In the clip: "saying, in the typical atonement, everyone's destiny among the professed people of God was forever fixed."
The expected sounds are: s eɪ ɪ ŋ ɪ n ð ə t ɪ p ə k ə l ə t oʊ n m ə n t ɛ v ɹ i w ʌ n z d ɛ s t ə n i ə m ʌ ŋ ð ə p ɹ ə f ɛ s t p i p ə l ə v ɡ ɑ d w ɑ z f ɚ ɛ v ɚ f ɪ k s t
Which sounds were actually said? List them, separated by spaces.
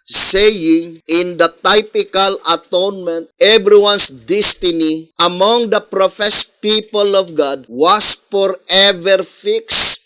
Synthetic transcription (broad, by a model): s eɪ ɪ ŋ ɪ n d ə t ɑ p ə k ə l ə t oʊ n m ə n t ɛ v ɹ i w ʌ n s d ɛ s t ə n i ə m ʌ ŋ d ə p ɹ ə f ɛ s p i p ə l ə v ɡ ɑ d w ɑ s f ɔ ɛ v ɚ f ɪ k s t